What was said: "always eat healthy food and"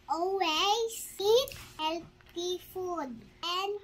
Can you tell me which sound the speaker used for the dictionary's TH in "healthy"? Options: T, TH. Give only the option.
T